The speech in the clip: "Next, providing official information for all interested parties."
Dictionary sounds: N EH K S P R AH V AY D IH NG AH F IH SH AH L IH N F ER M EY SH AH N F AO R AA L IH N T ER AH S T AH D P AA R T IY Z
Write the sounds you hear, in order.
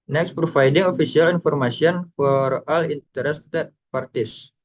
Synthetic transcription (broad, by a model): N EH K S P R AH F AY D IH NG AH F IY S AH L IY N F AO M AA S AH N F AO R AA L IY N T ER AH S T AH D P AA R T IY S